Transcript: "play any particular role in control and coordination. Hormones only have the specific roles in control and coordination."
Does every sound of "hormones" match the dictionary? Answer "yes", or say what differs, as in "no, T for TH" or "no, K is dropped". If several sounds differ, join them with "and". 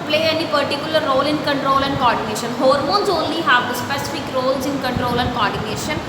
yes